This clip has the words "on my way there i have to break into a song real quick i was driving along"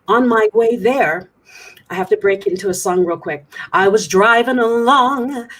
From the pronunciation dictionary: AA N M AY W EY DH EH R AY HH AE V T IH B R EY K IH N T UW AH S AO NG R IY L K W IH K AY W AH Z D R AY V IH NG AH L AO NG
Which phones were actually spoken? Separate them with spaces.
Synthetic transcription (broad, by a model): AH N M AY W EY DH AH R AY HH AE F T IH B R EY K IH N T UW AH S AO NG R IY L K W IH K AY W AH Z D R AY V IH NG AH L AO NG